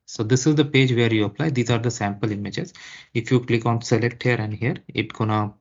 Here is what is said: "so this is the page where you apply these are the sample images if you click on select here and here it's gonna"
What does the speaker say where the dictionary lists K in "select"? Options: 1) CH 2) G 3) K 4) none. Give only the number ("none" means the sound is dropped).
3